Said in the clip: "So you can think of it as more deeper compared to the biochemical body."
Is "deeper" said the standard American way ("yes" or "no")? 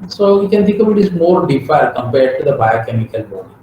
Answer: no